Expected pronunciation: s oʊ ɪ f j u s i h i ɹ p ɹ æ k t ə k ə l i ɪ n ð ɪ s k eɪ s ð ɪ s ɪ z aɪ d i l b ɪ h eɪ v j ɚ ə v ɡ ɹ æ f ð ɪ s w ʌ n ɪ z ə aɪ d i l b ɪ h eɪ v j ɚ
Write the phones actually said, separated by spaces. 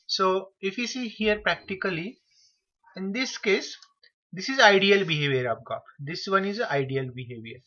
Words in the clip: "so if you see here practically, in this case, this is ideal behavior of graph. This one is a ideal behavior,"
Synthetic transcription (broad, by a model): s oʊ ɪ f j u s i h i ɹ p ɹ æ k t ə k ə l i ɪ n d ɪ s k eɪ s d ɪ s ɪ z aɪ d i l b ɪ h eɪ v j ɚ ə p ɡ ɑ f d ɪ s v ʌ n ɪ z ə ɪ d i l b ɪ h eɪ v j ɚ